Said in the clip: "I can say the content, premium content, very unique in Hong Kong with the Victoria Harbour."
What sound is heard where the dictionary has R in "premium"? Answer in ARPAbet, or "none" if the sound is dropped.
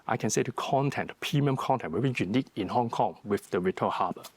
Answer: none